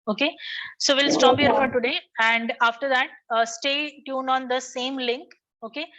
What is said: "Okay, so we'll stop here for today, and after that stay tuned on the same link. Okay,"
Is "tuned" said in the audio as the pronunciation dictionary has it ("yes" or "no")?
no